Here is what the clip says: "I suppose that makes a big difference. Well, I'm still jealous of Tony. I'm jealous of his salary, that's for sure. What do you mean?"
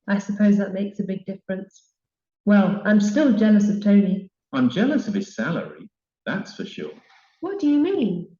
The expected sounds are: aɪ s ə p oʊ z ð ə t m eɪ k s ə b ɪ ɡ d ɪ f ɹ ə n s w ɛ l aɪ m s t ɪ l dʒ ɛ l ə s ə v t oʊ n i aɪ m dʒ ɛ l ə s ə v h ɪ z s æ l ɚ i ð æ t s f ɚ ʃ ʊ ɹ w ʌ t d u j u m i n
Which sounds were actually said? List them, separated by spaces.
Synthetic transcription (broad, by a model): aɪ s ə p oʊ z ð ə t m eɪ k s ə b ɪ ɡ d ɪ f ɹ ə n s w ɛ l aɪ m s t ɪ l dʒ ɛ l ə s ə v t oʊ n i aɪ m dʒ ɛ l ə s ə v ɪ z s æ l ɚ i ð æ t s f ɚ ʃ ʊ ɹ w ʌ t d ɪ j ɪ m i n